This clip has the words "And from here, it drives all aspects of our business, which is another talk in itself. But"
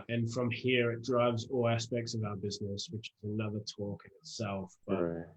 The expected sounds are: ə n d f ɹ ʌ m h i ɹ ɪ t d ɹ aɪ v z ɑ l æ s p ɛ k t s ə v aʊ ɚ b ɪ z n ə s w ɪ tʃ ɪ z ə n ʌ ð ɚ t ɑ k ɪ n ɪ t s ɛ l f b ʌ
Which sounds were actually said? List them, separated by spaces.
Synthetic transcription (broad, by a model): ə n f ɹ ʌ m h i ɹ ɪ t d ɹ aɪ v z ɑ l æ s p ɛ k t s ə v aʊ ɚ b ɪ z n ə s w ɪ tʃ ɪ z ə n ʌ ð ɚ t ɑ k ɪ n ɪ t s ɛ l f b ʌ